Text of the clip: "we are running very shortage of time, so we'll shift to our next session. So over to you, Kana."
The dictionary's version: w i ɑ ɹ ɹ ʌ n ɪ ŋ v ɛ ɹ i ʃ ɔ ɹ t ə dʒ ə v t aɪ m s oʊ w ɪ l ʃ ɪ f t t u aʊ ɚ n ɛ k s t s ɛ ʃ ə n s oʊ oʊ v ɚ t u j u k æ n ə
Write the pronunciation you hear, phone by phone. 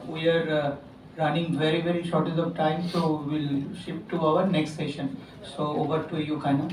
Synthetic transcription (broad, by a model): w i ɑ ɹ ɹ ʌ n ɪ ŋ v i ɹ i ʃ ɔ ɹ t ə z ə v t aɪ m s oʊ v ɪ l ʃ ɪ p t t u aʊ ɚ n ɛ k s t s ɛ ʃ ə n s oʊ oʊ v ɚ t u j u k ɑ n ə